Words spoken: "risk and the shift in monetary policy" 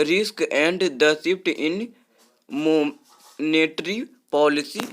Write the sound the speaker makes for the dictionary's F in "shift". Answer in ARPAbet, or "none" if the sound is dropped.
P